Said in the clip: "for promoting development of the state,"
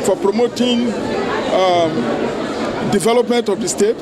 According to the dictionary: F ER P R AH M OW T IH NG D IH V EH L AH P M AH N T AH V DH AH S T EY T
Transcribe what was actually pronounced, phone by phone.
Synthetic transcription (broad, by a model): F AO P R AH M OW T IH NG D IH V EH L AH P M AH N T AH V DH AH S T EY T